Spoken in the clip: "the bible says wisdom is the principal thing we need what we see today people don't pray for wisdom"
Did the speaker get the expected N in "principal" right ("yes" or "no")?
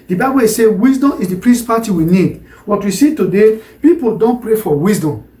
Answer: no